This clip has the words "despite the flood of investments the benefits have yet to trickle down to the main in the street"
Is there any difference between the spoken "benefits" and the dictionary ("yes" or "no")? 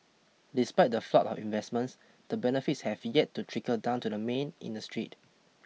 no